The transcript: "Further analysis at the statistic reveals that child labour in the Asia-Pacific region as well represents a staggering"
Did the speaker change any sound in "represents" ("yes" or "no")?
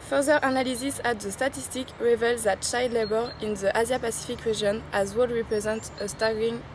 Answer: yes